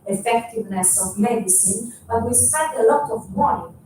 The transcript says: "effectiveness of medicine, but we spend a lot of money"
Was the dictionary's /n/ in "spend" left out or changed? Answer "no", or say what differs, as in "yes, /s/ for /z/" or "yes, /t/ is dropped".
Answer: yes, /n/ is dropped